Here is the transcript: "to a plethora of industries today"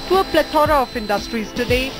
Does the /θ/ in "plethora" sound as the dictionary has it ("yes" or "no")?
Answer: no